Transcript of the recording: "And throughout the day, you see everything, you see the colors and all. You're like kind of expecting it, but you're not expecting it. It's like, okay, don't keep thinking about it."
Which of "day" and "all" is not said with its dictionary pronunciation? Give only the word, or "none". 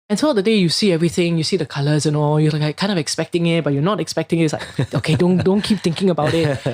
none